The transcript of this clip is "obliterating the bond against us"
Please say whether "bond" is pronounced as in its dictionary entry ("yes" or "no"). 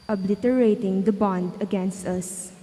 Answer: yes